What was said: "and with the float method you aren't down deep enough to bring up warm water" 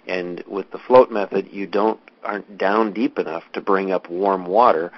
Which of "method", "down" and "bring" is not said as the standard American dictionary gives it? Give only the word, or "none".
none